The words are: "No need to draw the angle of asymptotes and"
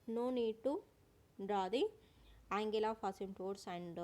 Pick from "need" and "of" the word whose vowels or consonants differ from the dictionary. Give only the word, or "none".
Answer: of